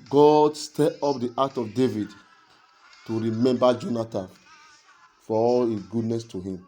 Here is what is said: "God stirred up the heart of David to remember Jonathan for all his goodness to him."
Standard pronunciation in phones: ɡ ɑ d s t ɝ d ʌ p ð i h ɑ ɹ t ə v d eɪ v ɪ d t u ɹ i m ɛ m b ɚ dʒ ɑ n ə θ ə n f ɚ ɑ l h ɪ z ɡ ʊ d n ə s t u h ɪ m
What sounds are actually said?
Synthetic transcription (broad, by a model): ɡ ɑ d s t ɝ ɔ p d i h ɑ t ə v d eɪ v ɪ d t u ɹ i m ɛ m b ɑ dʒ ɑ n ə t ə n f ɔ ɑ l h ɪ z ɡ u d n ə s t u h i m